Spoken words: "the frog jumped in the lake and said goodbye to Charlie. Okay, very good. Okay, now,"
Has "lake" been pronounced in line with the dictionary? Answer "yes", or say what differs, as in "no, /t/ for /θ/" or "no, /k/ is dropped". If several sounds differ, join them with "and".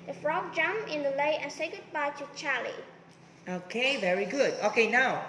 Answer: no, /k/ is dropped